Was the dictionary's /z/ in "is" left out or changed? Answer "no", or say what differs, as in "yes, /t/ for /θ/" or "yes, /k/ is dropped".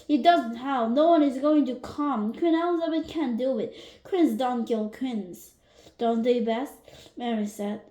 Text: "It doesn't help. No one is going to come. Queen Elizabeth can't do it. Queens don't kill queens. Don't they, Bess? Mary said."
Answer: no